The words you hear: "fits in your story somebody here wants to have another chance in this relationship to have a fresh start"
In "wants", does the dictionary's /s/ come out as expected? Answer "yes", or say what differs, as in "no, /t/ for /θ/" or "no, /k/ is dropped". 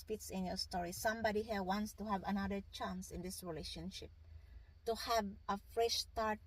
yes